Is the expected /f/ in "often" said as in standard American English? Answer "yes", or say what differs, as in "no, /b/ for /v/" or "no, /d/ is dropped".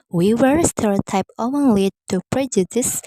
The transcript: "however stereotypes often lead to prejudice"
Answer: no, /f/ is dropped